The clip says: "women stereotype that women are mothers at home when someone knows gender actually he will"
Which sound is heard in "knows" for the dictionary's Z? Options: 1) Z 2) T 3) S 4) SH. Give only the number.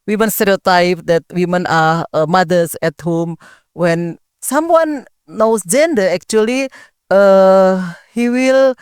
3